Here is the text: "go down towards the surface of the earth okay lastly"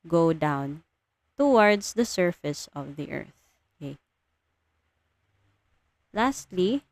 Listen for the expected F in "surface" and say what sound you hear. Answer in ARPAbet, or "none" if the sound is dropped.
F